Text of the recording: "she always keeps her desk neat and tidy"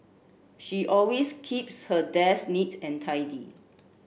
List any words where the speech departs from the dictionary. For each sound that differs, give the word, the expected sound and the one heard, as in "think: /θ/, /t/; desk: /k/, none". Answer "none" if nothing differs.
always: /z/, /s/